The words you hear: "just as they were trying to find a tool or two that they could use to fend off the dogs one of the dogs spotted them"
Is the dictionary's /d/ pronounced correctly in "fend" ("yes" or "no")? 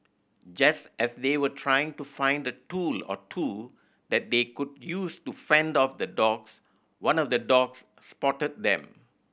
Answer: yes